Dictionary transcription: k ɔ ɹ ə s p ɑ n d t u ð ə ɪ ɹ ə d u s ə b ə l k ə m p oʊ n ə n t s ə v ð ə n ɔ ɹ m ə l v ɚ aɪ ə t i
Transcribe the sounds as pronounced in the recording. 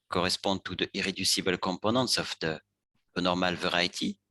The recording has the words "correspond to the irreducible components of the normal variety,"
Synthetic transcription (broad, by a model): k ɔ ɹ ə s p ɑ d t u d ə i ɹ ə d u s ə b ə l k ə p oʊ n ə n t s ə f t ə n ɔ ɹ m ə l v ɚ aɪ t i